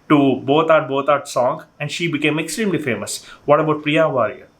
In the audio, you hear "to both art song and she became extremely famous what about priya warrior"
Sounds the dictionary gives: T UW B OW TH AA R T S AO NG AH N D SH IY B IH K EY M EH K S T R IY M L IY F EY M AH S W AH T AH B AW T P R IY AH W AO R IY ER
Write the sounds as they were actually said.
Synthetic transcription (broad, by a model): T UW B OW T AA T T S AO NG AH N D SH IY B IH K EY M EH K S T R IY M L IY F EY M AH S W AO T AH B AW T P R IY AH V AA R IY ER